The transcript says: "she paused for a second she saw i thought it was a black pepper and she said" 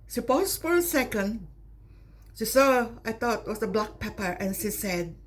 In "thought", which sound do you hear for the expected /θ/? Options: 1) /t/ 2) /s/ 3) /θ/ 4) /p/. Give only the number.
1